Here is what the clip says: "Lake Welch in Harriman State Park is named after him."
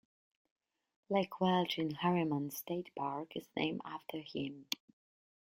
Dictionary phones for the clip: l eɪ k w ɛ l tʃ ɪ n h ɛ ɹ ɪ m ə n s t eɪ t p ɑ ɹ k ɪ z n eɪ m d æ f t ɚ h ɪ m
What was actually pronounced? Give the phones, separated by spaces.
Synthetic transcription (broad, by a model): l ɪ k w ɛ l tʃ ɪ n h ɛ ɹ ɪ m ə n s t eɪ t p ɑ ɹ k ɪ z n eɪ m æ f t ɚ h ɪ m